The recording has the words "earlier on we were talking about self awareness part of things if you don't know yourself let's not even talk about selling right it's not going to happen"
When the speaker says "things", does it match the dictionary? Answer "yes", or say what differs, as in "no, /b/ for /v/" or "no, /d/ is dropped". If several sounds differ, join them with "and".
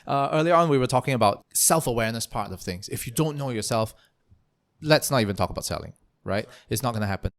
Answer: yes